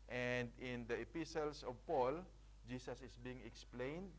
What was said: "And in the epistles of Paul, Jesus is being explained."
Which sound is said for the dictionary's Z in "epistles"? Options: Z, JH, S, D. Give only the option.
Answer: S